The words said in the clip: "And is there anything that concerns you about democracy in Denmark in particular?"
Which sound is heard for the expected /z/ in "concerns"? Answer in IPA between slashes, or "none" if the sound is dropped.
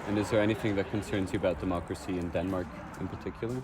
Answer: /z/